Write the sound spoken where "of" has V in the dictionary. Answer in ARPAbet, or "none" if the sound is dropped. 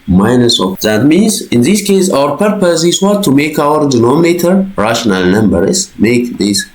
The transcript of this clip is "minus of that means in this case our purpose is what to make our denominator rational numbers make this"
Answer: F